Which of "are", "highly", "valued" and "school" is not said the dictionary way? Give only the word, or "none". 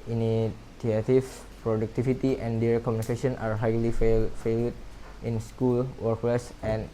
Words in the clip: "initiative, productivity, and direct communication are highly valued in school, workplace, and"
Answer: valued